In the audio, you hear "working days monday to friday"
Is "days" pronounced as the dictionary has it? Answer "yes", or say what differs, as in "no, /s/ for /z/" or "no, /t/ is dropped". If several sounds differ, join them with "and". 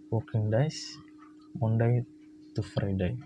no, /s/ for /z/